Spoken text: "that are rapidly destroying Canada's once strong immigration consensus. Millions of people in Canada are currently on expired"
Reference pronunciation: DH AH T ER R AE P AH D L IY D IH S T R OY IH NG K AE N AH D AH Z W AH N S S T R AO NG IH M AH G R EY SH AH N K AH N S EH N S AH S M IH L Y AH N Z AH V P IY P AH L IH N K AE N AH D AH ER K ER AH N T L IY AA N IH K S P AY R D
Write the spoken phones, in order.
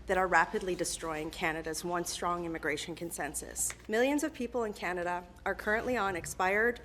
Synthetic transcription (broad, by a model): DH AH T ER R AE P AH D L IY D IH S T R OY IH NG K AE N AH D AH Z W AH N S S T R AO NG IH M AH G R EY SH AH N K AH N S EH N S AH S M IH L Y AH N Z AH V P IY P L IH N K AE N AH D AH ER K ER AH N T L IY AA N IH K S P AY R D